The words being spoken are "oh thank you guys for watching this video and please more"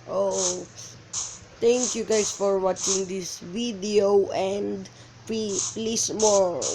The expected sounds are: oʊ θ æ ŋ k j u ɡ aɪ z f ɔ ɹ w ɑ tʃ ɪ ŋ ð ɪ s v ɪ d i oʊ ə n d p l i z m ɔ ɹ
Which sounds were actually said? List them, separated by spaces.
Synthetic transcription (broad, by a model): oʊ t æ ŋ k j u ɡ aɪ s f ɔ ɹ w ɑ tʃ ɪ ŋ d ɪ s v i d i oʊ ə n d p l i s m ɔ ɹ